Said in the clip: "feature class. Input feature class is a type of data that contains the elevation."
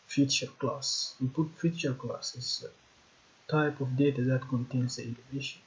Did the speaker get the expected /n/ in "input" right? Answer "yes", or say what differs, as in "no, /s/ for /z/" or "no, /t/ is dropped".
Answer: no, /n/ is dropped